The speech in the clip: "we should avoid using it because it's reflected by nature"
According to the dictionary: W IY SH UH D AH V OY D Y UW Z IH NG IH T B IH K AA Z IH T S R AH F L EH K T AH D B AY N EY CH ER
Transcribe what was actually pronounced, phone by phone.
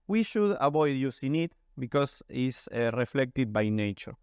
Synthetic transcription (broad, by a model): W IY SH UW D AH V OY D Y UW S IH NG IH T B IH K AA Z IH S R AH F L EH K T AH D B AY N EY CH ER